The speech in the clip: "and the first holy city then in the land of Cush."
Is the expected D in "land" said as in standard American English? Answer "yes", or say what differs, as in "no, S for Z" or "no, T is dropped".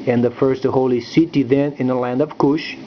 yes